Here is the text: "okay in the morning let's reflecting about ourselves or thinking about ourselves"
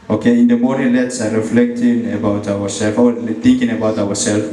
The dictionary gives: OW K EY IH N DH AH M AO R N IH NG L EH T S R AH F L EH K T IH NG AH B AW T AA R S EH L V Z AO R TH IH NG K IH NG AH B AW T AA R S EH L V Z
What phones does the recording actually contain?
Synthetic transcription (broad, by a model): OW K EY IH N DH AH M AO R IH L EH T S R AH F L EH K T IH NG AH B AW T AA R S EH L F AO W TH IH NG K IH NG AH B AW T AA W S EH L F